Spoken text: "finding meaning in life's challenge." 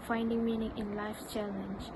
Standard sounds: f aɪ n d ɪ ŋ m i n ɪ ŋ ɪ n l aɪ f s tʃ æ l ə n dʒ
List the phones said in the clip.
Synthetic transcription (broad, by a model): f aɪ n d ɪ ŋ m i n ɪ ŋ ɪ n l aɪ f tʃ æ l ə n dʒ